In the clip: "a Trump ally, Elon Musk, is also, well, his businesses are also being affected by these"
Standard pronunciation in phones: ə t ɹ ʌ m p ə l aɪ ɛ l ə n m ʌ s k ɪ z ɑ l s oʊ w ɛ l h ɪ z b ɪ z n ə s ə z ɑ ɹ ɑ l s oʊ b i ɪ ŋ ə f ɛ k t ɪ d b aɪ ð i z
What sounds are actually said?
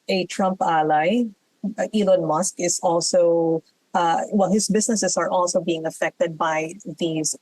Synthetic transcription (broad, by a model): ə t ɹ ʌ m p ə l aɪ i l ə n m ʌ s k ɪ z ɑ l s oʊ w ɛ l h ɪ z b ɪ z n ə s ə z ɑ ɹ ɑ l s oʊ b i ɪ ŋ ə f ɛ k t ɪ d b aɪ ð i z